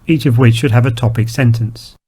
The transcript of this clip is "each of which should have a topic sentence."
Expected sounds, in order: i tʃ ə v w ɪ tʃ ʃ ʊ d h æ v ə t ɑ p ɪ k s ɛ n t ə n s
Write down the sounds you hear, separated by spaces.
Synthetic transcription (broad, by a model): i tʃ ə v w ɪ tʃ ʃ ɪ d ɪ v ə t ɑ p ɪ k s ɛ n t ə n s